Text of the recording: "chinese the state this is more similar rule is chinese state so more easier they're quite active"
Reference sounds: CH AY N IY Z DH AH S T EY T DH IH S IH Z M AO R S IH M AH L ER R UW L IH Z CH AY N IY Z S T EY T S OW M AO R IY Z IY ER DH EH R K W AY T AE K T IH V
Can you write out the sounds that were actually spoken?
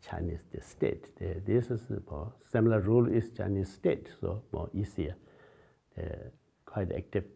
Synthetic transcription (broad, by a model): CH AY N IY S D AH S T EY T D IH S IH S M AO S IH M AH L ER R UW L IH S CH AY N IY S T EY T S OW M AO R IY S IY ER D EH K W AY T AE K T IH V